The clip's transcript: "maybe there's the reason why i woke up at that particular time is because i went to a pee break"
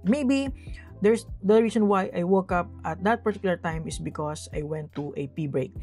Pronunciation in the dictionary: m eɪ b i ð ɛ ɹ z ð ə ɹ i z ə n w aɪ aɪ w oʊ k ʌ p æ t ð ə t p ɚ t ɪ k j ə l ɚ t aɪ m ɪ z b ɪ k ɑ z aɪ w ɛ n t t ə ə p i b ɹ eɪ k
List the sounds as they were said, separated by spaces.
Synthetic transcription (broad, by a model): m eɪ b i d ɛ ɹ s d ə ɹ i s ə n w aɪ aɪ w oʊ k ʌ p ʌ t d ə t p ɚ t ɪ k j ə l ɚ t aɪ m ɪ s b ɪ k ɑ s aɪ w ɛ n t t ə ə p i b ɹ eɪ k